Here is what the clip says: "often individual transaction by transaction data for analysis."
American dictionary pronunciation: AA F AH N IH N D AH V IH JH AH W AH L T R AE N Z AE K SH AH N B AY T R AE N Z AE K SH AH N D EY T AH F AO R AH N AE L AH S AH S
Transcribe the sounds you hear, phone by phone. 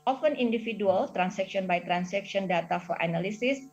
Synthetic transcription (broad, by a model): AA F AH N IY N D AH F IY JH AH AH L T R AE N S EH K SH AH N B AY T R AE N S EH K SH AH N D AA T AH F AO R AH N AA L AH S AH S